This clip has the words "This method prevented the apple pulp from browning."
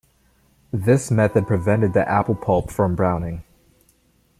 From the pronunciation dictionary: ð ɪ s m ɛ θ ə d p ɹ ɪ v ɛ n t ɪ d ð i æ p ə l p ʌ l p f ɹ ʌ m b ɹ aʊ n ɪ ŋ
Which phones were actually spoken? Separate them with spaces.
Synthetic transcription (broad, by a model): ð ɪ s m ɛ θ ə d p ɹ ɪ v ɛ n t ɪ d ð i æ p l p ʌ l p f ɹ ʌ m b ɹ aʊ n ɪ ŋ